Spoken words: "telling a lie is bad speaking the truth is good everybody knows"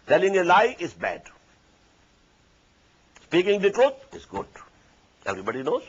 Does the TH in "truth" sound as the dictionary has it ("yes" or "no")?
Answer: no